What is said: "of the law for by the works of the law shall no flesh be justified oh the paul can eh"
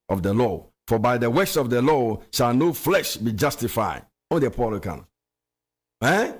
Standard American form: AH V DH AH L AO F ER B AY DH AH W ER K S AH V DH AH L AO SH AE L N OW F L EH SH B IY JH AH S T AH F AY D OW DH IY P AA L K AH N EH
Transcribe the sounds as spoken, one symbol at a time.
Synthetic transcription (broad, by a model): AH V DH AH L AO F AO B AY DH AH W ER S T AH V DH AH L AO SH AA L N OW F L EH SH B IY JH AH S T AH F AY D OW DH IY P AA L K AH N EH